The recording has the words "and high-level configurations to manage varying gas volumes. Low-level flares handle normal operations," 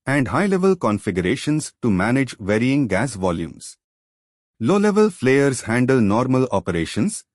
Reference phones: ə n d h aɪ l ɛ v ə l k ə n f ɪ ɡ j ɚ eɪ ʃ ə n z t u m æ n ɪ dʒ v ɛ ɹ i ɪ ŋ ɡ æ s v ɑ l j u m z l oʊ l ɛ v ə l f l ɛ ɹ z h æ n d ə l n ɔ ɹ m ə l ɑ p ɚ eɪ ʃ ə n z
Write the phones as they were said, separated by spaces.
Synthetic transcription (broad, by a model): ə n d h aɪ l ɛ v ə l k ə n f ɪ ɡ j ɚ eɪ ʃ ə n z t u m æ n ɪ dʒ v ɛ ɹ i ɪ ŋ ɡ æ s v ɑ l j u m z l oʊ l ɛ v ə l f l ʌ ɹ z h æ n d ə l n ɔ ɹ m ə l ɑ p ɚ eɪ ʃ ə n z